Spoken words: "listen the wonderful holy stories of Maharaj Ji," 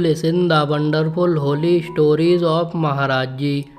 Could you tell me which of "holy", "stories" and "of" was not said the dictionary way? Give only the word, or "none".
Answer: of